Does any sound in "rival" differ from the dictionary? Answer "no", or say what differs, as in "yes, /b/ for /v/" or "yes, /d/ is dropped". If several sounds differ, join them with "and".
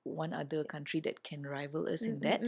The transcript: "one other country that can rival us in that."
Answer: no